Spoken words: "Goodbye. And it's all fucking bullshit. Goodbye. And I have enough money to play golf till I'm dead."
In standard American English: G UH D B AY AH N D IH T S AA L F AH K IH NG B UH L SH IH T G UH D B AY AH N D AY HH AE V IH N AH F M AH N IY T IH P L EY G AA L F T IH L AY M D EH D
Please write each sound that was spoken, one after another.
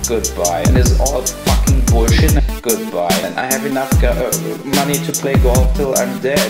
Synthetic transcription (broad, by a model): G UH D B AY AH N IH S AA L F AH K IH NG B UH SH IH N G UH D B AY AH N AY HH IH V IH N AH F M AH N IY T IH P L EY G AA L T IH L AY M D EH